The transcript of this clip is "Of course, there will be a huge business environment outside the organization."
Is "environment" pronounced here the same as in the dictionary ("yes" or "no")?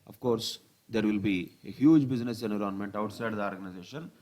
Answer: no